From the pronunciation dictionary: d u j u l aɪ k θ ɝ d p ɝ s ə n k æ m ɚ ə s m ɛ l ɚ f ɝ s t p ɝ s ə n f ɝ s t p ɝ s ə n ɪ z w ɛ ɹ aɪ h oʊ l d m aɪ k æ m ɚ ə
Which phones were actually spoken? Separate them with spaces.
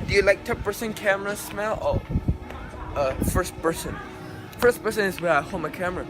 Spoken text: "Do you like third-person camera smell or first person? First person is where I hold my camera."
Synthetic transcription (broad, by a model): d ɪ j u l aɪ k t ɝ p p ɝ s ə n k æ m ɚ ə s m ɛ l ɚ f ɝ s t p ɝ s ə n f ɝ s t p ɝ s ə n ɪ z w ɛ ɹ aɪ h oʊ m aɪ k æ m ɚ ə